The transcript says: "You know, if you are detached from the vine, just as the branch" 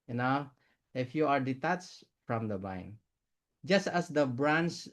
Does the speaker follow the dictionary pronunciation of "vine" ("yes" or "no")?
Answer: no